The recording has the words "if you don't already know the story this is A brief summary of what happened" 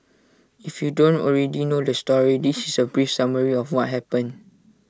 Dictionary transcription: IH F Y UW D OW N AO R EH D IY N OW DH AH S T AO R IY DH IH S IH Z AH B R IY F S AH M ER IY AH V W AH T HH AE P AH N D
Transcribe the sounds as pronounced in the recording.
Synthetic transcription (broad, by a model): IH F Y UW D OW N AO R EH D IY N OW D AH S T AO R IY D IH S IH S AH B R IY F S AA M ER IY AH F W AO T HH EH P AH N